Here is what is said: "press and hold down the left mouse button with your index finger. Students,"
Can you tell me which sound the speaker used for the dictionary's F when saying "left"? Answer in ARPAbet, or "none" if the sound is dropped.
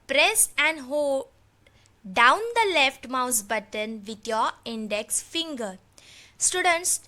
F